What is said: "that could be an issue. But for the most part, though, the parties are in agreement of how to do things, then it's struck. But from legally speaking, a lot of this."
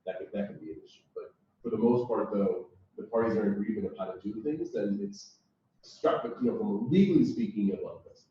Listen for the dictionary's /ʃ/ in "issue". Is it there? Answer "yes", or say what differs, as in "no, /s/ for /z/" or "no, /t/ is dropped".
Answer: no, /s/ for /ʃ/